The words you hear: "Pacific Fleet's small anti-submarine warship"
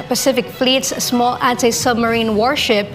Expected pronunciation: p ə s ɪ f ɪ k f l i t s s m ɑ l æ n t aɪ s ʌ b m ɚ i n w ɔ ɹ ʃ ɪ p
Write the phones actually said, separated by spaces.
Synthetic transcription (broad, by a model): p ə s ɪ f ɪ k f l i t s s m ɑ l æ n t aɪ s ʌ b m ɚ i n w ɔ ɹ ʃ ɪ p